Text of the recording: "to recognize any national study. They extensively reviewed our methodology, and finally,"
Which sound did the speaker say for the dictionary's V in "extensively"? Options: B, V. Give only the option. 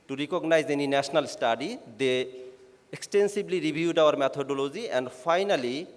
B